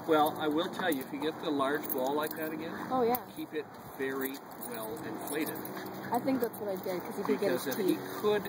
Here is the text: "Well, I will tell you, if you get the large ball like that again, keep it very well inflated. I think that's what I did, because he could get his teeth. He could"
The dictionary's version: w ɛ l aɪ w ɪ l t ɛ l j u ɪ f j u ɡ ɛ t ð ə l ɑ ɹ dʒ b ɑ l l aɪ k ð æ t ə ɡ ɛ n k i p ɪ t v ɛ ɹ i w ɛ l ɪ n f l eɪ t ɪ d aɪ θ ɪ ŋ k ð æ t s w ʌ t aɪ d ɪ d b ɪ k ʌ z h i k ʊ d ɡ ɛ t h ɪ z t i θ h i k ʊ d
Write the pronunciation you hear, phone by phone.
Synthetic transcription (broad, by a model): w ɛ l aɪ w ɪ l t ɛ l j u ɪ f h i ɡ ɛ t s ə l ɑ ɹ dʒ b ɑ l l aɪ k ð æ t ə ɡ ɛ n k i p ɪ t v ɛ ɹ i w ɛ l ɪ n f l eɪ t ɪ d aɪ θ ɪ ŋ k ð æ t s w ʌ t aɪ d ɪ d k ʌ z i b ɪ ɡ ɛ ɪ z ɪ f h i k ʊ d